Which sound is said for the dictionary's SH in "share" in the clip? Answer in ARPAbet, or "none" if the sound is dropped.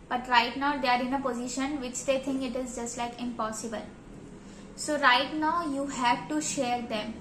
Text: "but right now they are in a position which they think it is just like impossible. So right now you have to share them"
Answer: SH